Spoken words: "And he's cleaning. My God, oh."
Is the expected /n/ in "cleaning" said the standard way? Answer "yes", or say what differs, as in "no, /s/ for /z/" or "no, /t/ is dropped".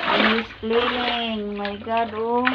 no, /l/ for /n/